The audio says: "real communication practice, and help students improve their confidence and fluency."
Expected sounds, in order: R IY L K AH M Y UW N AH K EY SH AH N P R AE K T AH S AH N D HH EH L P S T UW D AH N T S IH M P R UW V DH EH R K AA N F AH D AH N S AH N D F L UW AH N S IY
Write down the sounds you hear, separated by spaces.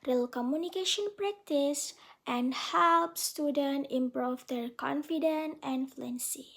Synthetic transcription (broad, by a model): R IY L K AH M Y UW N AH K EY SH AH N P R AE K T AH S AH N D HH EH L P S T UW D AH N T IH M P R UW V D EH R K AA N F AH D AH N AH N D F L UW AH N S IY